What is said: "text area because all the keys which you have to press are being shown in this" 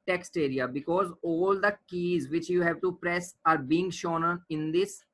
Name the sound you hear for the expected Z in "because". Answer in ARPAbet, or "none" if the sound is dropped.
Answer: Z